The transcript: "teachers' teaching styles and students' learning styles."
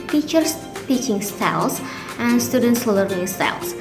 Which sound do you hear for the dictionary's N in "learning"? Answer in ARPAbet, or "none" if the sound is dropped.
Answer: none